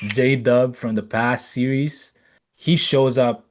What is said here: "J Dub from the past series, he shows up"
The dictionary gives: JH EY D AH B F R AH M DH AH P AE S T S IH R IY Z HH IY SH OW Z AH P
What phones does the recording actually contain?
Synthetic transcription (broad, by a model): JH EY D AH B F R AH M DH AH P AE S T S IH R IY Z HH IY SH OW Z AH P